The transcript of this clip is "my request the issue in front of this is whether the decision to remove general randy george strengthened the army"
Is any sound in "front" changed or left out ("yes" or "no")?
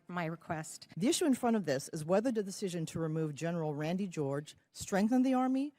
yes